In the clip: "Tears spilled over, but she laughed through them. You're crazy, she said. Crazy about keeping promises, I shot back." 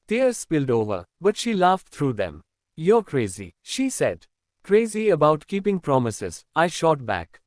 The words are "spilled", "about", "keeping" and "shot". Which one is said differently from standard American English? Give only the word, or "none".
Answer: none